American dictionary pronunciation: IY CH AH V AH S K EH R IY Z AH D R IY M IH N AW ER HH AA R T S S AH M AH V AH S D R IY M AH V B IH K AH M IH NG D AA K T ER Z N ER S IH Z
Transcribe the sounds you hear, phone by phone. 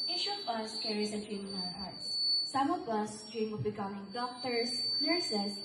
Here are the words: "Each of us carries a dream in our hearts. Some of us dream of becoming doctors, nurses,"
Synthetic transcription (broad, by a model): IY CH AH V AH S K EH R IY S AH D R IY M IH N AW ER HH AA R T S S AH M AH V AH S D R IY M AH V B IH K AH M IH NG D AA K T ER S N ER S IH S